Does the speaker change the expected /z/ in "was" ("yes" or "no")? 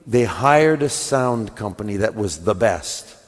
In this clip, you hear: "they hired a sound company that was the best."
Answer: no